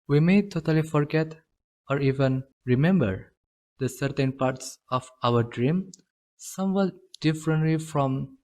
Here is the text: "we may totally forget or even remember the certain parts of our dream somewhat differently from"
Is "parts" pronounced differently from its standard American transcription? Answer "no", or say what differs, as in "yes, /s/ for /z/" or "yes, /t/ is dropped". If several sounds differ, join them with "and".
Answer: no